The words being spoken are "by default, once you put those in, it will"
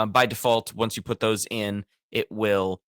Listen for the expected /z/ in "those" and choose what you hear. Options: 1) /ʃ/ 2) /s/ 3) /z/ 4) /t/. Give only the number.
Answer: 3